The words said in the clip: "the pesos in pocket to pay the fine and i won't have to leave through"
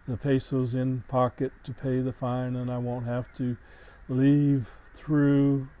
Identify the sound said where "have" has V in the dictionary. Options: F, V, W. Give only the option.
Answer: F